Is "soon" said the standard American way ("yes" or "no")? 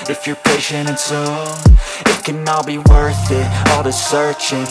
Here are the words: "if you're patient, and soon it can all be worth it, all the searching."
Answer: no